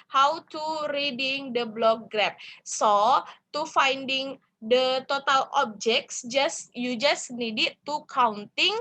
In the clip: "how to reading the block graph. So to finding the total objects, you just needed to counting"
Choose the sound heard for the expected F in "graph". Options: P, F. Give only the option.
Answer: P